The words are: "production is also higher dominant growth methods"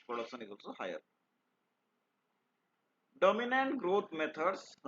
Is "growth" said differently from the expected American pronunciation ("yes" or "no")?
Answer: yes